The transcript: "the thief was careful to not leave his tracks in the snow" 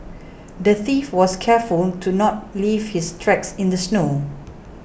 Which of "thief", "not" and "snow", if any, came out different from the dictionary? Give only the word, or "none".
none